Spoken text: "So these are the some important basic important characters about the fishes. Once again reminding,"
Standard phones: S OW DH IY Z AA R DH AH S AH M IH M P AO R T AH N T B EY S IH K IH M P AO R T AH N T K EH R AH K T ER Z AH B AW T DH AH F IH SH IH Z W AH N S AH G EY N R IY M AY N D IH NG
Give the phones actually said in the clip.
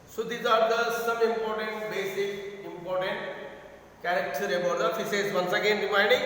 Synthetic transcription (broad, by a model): S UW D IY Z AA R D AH S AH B IH M P AO R T AH N T B EY S IH K IH M P AO R T AH N T K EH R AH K T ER AH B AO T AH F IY S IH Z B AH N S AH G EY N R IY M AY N D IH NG